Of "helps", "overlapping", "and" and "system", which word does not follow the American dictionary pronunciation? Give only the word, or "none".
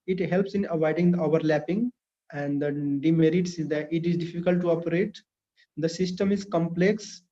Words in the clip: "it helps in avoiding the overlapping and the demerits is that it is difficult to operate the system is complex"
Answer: none